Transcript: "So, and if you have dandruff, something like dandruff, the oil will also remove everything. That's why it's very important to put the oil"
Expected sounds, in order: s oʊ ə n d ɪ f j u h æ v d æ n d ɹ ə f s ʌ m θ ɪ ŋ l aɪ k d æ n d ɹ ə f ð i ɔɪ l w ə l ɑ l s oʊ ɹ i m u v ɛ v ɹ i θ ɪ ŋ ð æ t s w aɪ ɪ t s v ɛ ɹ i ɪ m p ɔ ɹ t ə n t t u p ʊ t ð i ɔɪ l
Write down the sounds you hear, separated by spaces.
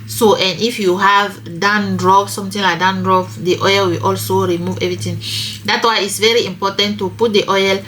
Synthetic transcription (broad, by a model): s oʊ ə n d ɪ f j u h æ v d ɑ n d ɹ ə p s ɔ m t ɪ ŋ l aɪ k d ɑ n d ɹ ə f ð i ɔɪ l w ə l ɑ l s oʊ ɹ i m u v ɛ v ɹ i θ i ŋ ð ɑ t w aɪ ɪ t s v ɛ ɹ i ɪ m p ɔ t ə n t t u p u t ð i ɔɪ l